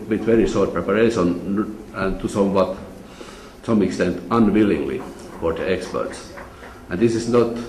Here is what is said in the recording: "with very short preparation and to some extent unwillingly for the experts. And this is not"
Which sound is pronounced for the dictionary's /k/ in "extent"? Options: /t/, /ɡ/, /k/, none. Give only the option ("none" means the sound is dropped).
/k/